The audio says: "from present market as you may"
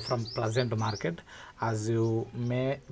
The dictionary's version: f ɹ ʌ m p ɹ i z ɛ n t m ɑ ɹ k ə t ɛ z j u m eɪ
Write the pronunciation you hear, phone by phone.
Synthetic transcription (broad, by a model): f ɹ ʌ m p l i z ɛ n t m ɑ ɹ k ə t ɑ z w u m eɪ